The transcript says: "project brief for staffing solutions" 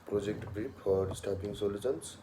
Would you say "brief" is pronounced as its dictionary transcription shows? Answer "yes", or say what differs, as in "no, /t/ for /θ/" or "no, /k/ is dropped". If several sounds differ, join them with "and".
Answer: no, /p/ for /f/